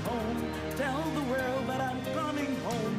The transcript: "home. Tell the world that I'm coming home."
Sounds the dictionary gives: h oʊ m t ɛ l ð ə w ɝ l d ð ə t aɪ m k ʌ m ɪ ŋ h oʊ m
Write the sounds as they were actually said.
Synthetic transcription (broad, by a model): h oʊ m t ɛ n ð ə w ɝ l d ð ə t aɪ m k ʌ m ɪ ŋ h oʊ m